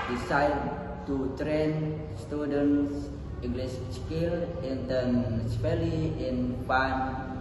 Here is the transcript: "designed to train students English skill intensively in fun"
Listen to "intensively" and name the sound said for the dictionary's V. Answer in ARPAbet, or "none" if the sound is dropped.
P